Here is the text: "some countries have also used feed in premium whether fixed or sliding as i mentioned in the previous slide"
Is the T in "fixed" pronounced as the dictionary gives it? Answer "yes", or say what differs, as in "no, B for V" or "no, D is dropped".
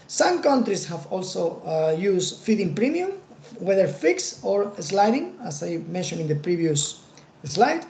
no, T is dropped